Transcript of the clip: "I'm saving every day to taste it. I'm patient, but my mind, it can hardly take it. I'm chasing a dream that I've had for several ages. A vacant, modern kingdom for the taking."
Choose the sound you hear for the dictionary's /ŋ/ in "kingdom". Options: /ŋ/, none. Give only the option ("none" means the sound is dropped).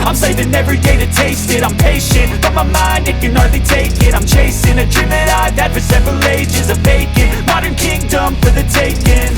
/ŋ/